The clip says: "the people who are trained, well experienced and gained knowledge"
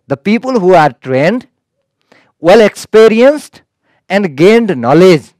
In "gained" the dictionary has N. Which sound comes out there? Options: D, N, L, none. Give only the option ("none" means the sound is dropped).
N